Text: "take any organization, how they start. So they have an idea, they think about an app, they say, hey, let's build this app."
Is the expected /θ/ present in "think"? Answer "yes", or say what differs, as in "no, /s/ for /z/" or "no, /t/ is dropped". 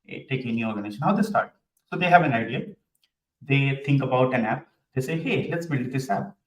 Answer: no, /t/ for /θ/